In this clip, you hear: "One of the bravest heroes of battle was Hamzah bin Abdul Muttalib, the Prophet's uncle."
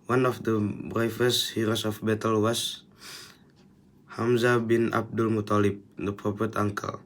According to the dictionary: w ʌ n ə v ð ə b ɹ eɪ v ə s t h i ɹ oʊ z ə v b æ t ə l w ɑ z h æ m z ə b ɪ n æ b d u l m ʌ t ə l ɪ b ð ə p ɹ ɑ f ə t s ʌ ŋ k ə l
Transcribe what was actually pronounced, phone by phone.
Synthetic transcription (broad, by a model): w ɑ n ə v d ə b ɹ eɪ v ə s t h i ɹ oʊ s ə f b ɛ t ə l w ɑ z h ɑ m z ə b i n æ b d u l m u t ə l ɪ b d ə p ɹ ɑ p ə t ɑ ŋ k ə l